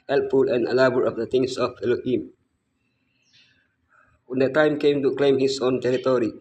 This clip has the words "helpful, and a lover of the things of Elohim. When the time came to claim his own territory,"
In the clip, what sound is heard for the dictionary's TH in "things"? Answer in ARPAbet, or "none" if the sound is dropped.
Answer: T